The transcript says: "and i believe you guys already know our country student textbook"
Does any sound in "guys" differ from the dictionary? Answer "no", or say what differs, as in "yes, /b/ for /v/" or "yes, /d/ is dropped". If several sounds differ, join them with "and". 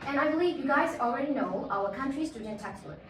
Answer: no